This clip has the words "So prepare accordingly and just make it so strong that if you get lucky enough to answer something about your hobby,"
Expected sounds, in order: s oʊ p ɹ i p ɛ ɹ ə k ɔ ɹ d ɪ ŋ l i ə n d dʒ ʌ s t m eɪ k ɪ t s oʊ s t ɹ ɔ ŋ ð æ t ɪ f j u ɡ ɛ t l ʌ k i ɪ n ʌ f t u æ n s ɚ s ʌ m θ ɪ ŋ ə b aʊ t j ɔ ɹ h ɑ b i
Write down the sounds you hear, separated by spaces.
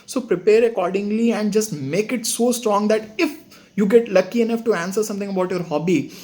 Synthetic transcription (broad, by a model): s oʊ p ɹ i p ɛ ɹ ə k ɔ ɹ d ɪ ŋ l i ə n d dʒ ʌ s t m eɪ k ɪ t s oʊ s t ɹ ɔ ŋ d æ t ɪ f j u ɡ ɛ t l ʌ k i ɪ n ʌ f t u æ n s ɚ s ʌ m t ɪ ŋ ə b aʊ t j ɔ ɹ h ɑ b i